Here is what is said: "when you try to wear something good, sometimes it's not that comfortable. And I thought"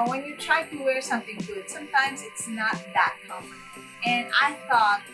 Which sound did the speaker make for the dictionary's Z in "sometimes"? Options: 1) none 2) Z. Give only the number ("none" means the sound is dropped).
2